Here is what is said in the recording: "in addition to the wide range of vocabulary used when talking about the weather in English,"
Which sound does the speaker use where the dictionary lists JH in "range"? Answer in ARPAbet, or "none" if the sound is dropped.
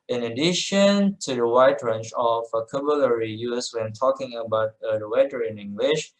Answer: CH